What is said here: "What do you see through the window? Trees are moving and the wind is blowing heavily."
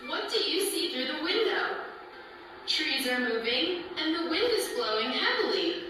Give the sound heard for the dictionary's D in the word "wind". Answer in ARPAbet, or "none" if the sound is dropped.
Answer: D